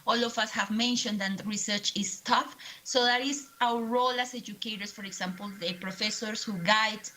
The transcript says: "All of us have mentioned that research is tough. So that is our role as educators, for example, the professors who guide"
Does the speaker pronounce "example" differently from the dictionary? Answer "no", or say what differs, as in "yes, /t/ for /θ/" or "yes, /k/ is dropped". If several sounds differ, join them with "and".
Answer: yes, /s/ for /z/